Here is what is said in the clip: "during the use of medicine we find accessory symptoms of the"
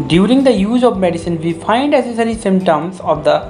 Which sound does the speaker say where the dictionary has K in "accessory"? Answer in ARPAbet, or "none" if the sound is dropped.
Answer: none